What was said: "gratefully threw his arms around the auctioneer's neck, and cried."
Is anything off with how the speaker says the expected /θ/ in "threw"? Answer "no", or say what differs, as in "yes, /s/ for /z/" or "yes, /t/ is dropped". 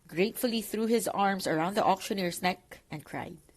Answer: no